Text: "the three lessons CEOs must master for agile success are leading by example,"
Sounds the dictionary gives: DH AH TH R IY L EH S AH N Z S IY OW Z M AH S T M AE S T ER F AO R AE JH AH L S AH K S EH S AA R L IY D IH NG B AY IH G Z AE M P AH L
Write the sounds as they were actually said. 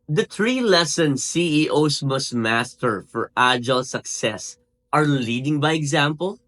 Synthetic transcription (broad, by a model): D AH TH R IY L EH S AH N S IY OW S M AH S M AE S T ER F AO R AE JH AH L S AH K S EH S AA R L IY D IH NG B AY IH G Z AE M P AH L